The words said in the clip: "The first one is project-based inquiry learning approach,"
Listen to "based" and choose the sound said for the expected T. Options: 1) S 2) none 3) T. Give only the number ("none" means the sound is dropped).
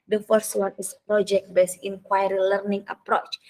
2